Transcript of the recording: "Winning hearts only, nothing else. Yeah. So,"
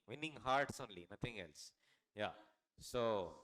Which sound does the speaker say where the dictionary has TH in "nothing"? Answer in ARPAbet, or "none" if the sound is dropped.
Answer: T